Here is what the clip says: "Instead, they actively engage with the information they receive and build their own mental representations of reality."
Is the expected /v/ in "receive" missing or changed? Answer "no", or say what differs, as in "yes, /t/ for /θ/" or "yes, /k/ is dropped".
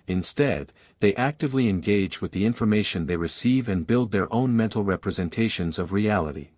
no